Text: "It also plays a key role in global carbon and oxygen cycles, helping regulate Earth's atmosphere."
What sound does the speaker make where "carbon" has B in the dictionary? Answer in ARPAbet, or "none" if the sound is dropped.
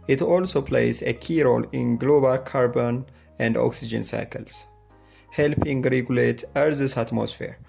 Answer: B